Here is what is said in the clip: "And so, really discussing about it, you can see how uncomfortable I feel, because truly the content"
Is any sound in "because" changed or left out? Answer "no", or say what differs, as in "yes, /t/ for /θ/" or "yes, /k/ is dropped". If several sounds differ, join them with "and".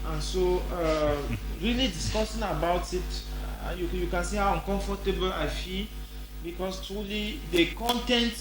yes, /s/ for /z/